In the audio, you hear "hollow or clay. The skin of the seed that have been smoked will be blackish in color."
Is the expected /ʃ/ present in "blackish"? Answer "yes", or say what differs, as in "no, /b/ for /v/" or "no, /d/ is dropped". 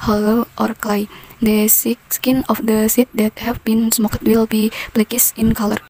no, /s/ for /ʃ/